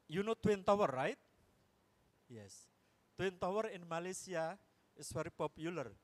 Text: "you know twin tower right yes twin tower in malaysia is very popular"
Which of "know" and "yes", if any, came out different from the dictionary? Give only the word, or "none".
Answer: none